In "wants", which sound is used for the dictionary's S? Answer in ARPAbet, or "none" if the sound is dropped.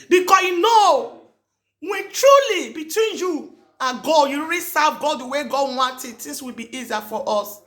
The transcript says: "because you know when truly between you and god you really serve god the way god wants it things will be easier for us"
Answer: none